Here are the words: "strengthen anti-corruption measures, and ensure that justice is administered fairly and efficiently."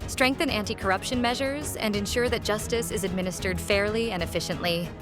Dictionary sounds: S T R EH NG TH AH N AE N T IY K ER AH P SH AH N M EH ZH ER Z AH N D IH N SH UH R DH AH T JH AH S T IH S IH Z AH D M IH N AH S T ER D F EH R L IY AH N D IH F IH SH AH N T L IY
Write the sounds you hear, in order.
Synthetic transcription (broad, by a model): S T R EH NG TH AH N AE N T IY K ER AH P SH AH N M EH ZH ER Z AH N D IH N SH UH R DH AH T JH AH S T IH S IH Z AH D M IH N AH S T ER D F EH R L IY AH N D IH F IH SH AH N T L IY